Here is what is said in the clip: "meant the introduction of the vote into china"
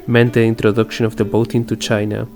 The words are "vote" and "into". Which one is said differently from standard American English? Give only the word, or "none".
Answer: vote